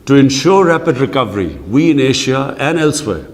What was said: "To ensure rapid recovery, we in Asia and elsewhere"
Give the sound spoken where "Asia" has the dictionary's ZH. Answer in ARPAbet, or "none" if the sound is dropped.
SH